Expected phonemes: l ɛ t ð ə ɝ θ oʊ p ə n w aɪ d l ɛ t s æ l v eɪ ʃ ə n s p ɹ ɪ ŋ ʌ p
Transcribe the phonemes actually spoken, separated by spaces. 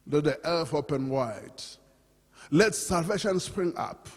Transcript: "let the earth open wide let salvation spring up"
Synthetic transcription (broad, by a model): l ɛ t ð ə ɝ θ oʊ p ə n w aɪ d l ɛ t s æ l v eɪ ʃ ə n s p ɹ ɪ ŋ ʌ p